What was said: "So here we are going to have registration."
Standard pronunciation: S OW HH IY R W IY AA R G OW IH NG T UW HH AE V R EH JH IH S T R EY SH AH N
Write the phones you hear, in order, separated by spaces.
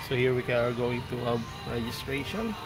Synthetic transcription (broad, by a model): S OW HH IY R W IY AA R G OW IH NG T UW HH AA B R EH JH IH S T R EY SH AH N